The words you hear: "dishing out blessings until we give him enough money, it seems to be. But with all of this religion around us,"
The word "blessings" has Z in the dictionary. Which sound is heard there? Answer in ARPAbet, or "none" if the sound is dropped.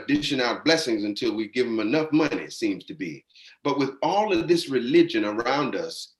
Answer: Z